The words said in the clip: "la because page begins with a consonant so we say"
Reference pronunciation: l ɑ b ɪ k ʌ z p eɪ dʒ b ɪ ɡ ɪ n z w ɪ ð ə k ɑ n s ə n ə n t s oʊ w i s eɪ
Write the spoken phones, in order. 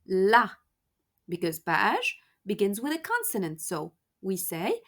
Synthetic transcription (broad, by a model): l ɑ b ɪ k ʌ z b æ ʃ b ɪ ɡ ɪ n z w ɪ ð ə k ɑ n s ə n ə n t s oʊ w i s eɪ